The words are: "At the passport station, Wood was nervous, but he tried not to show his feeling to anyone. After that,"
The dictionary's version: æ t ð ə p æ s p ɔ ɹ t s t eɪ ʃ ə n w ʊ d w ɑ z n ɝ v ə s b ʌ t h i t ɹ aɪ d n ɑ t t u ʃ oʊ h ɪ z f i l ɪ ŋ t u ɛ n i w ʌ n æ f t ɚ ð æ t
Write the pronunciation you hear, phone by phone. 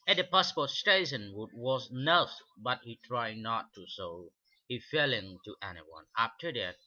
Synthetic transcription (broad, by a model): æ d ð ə p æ s p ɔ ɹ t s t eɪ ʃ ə n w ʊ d w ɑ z n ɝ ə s b ʌ t h i t ɹ aɪ d n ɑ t t u s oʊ h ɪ f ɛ l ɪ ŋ t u ɛ n i w ʌ n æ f t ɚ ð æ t